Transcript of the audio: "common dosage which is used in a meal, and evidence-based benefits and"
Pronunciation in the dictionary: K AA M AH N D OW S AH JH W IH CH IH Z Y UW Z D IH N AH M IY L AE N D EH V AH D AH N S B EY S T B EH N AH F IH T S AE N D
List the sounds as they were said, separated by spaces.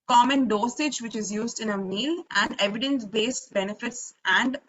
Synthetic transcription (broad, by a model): K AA M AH N D OW S AH JH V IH CH IH Z Y UW Z D IH N AH M IY L AE N D EH V AH D AH N S B EY S T B EH N AH F IH T S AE N D